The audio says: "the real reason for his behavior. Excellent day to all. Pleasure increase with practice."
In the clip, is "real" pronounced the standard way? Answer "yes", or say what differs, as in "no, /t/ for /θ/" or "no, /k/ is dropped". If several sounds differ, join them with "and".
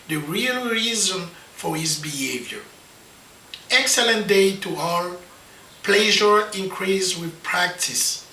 yes